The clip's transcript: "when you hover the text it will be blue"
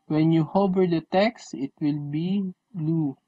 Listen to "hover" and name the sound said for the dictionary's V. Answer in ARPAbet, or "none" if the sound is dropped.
B